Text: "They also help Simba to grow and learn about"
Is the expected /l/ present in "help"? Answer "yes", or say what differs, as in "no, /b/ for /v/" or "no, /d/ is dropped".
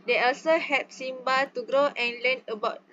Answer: no, /l/ is dropped